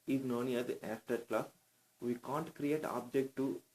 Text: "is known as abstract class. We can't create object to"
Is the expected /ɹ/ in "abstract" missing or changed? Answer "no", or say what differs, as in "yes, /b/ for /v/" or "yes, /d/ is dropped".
yes, /ɹ/ is dropped